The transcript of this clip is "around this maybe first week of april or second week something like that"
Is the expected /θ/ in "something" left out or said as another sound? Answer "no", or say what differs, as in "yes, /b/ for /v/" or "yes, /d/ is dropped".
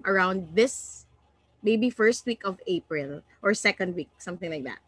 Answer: no